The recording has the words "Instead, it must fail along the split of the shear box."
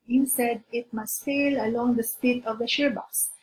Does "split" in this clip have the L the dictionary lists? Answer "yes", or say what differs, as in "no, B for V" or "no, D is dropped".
no, L is dropped